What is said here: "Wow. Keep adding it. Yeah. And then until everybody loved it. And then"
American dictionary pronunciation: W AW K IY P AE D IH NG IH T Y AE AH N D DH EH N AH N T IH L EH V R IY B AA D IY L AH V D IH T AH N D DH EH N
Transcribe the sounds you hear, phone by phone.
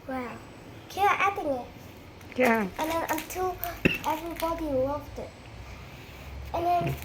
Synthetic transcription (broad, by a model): W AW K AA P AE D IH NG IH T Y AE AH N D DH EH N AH T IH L EH V R IY B AA D IY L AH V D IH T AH N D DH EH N